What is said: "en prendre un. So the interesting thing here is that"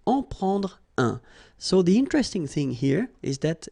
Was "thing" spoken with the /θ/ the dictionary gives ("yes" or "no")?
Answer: yes